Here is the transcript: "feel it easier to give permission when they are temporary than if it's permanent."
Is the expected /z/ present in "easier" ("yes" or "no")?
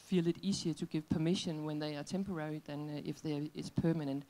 no